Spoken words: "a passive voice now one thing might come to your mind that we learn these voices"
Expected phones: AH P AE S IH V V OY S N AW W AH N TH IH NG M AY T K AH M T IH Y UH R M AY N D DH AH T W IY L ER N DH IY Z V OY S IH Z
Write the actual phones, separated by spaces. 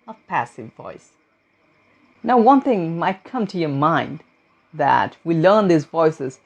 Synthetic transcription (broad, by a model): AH P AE S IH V V OY S N AW W AH N TH IH NG M AY T K AH M T IH Y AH R M AY N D DH AH T W IY L ER N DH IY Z V OY S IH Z